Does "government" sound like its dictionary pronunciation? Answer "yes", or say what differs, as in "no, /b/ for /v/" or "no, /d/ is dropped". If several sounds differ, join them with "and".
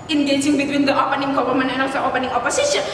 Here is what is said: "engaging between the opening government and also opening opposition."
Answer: no, /t/ is dropped